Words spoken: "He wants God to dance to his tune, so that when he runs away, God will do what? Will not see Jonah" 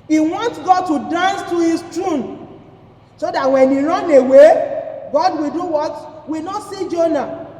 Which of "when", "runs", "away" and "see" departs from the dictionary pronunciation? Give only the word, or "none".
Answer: runs